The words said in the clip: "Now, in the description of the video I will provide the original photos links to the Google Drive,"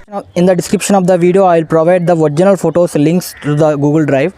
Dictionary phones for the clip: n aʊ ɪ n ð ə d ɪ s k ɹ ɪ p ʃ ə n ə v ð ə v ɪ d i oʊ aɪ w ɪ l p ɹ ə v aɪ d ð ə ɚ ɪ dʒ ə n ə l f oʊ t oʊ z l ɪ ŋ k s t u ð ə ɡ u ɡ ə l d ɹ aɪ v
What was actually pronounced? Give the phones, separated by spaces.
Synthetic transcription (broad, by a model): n ɪ n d ə d ɪ s k ɹ ɪ p ʃ ə n ə v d ə v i d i oʊ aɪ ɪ l p ɹ ə v aɪ d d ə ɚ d dʒ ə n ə l f oʊ t oʊ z l ɪ ŋ k s t u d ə ɡ u ɡ ə l d ɹ aɪ v